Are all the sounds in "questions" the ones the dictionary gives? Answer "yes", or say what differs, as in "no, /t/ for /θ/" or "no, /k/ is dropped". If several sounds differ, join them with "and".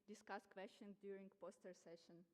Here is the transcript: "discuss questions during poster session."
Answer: no, /z/ is dropped